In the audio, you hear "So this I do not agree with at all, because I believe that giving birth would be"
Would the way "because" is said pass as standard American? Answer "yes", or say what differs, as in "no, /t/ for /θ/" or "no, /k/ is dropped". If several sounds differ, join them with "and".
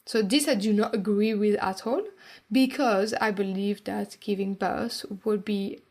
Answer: yes